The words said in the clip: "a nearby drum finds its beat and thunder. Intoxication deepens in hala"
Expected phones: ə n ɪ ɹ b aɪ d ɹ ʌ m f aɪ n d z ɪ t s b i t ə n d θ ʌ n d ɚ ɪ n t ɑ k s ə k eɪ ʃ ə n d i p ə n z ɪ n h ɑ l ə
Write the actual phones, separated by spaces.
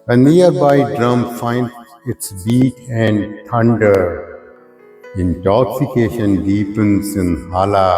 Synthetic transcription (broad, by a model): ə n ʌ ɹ b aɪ d ɹ ʌ m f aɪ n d ɪ t s b i t ə n d t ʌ n d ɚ ɪ n t ɑ k s ə k eɪ ʃ ə n d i p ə n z ɪ n h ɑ l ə